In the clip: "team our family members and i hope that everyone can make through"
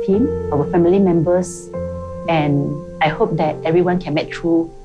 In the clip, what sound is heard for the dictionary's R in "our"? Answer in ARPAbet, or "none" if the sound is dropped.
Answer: W